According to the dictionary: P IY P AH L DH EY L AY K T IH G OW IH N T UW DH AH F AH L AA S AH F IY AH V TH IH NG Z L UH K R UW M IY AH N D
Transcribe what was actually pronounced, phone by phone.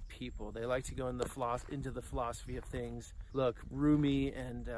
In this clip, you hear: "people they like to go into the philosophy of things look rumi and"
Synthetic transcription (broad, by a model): P IY P L DH EY L AY K T IH G OW IH N T UW DH AH F AH L AA S AH F IY AH V TH IH NG Z L UH K R UW M IY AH N